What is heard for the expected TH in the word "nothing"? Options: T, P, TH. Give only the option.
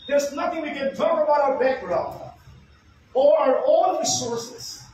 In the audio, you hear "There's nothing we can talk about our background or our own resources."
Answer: T